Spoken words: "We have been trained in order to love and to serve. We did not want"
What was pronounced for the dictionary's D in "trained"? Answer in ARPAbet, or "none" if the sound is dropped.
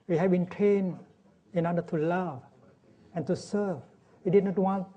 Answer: none